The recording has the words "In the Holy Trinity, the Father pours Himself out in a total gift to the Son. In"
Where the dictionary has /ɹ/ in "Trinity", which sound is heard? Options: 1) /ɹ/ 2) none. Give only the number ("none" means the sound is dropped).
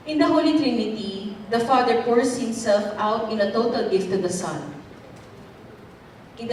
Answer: 1